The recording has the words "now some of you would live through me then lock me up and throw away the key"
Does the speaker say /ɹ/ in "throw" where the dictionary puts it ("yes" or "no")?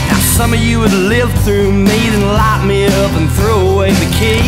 yes